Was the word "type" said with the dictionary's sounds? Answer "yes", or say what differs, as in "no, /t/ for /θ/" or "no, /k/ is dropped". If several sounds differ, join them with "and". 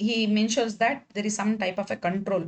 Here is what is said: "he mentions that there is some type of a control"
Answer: yes